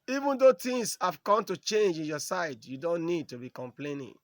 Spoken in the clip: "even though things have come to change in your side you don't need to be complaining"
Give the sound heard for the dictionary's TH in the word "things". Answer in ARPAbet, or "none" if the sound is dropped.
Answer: T